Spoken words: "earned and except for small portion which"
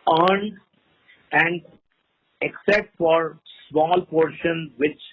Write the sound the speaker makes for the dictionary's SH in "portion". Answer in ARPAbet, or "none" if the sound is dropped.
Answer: SH